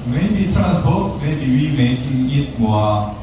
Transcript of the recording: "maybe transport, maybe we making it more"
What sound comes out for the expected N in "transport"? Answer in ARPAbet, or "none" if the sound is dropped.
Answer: none